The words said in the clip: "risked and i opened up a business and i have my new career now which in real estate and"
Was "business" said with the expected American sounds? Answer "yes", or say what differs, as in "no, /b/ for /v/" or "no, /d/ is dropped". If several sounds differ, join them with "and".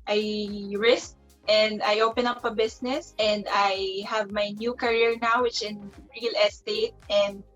no, /s/ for /z/